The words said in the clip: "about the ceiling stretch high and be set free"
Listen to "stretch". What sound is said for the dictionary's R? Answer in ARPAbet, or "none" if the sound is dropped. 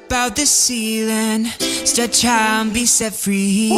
none